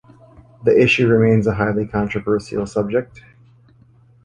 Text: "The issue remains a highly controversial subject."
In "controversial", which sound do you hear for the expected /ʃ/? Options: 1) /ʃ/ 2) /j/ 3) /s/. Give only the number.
3